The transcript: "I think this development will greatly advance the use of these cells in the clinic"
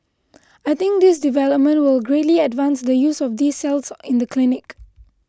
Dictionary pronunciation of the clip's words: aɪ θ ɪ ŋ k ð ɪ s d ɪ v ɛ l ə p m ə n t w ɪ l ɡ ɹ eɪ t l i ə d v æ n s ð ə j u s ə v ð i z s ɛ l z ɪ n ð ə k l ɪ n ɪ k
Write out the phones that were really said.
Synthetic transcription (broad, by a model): aɪ t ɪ ŋ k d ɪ s d ɪ v ɛ l ə p m ə n t w ɪ l ɡ ɹ eɪ t l i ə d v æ n s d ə j u s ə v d i s ɛ l s ɪ n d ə k l ɪ n ɪ k